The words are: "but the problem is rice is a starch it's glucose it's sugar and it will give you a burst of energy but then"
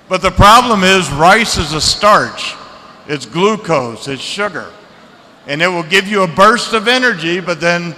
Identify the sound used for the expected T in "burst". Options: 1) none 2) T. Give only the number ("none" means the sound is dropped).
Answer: 2